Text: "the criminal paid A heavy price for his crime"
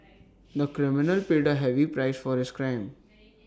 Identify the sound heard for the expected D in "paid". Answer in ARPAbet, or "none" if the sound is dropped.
D